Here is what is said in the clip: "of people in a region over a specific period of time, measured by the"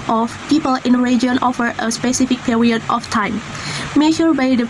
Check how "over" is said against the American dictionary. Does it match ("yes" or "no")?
no